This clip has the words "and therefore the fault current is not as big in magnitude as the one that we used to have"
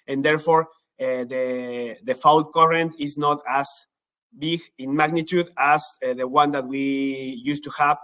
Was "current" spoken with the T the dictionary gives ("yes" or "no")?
yes